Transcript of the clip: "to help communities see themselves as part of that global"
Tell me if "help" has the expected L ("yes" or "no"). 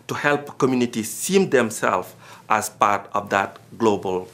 yes